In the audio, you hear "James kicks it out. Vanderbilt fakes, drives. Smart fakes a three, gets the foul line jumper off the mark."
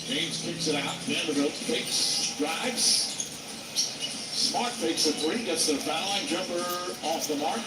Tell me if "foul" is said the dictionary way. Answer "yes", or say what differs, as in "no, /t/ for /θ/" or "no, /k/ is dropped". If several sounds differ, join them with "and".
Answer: no, /n/ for /l/